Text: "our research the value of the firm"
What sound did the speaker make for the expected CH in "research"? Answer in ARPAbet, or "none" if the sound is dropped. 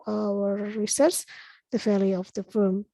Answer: S